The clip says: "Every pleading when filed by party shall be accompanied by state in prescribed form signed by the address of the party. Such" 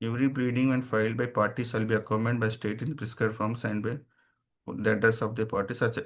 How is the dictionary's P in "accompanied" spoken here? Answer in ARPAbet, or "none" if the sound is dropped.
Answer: none